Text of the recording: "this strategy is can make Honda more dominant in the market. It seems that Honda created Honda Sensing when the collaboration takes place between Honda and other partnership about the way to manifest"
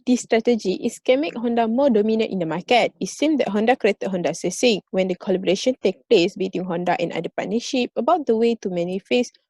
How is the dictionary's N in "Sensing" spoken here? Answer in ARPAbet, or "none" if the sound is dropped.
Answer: none